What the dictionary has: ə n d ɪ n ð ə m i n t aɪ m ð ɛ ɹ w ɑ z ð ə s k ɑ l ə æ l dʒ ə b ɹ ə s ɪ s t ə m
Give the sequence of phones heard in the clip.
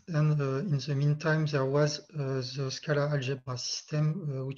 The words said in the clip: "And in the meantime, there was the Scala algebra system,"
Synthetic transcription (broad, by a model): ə n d ɪ n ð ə m i n t aɪ m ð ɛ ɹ w ɑ z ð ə s k ɑ l ə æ l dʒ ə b ə s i s t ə m